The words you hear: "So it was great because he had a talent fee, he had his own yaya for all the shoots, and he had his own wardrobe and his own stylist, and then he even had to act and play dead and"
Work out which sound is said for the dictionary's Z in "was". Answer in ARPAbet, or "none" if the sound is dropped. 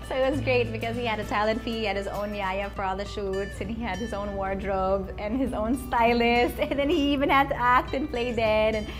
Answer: Z